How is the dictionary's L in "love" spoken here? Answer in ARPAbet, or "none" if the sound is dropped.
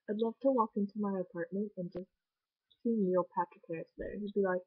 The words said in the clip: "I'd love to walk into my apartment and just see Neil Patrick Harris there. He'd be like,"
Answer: L